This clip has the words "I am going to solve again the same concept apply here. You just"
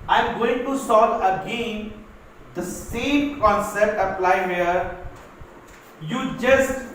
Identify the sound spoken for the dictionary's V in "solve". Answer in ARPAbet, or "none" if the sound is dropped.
none